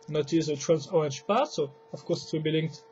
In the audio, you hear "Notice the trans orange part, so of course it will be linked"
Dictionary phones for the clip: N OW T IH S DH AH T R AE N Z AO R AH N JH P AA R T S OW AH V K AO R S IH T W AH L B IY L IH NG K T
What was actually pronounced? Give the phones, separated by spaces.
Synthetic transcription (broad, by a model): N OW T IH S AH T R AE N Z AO AH N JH P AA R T S OW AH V K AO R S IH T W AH B IY L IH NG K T